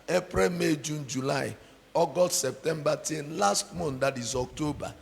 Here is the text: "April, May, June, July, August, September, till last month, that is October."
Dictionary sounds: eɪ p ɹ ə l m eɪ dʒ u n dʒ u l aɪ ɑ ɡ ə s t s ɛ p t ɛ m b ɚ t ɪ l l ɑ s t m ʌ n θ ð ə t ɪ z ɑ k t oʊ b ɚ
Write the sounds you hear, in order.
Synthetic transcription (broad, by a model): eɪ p ɹ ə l m eɪ dʒ u n dʒ u l aɪ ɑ ɡ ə t s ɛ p t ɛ m b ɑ t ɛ n l ɑ s t m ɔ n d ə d ɪ z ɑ k t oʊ b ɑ